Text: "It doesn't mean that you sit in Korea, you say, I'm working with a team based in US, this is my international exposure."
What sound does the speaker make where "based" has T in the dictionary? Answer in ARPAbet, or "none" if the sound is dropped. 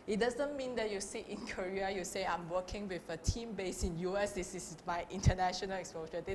none